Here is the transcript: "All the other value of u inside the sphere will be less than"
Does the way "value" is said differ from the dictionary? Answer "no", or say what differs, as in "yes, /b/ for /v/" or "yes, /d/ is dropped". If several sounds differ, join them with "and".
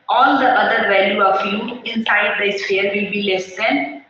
no